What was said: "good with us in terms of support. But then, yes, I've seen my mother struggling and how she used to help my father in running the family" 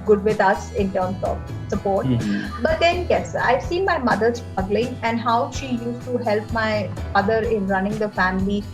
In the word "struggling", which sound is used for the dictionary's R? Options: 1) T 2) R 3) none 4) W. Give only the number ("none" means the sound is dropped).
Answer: 3